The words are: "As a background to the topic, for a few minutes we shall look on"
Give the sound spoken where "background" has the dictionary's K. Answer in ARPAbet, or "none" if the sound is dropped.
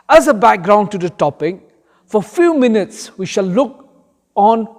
K